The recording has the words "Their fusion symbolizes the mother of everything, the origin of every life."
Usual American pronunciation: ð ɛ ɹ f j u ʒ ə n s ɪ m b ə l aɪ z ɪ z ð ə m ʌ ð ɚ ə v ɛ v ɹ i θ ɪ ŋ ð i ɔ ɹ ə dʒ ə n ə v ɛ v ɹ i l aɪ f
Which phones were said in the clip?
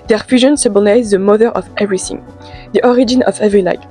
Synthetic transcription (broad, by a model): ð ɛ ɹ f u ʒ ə n s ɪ b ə n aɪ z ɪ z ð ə m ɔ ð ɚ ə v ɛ v ɹ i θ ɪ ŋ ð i ɔ ɹ ə dʒ ə n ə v ɛ v ɹ i l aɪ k